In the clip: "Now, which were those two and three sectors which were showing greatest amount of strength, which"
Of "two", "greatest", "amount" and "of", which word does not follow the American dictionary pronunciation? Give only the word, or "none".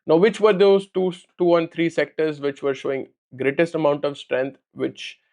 none